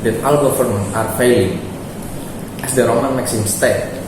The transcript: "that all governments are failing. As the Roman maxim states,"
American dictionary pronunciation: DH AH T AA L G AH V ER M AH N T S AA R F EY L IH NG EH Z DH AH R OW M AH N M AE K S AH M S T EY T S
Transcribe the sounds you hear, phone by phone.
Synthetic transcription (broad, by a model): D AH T AA L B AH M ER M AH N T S AA R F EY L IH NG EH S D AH R OW M AH N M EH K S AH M S T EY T